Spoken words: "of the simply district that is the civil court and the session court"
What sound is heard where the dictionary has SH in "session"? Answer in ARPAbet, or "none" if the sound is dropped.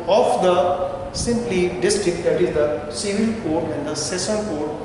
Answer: S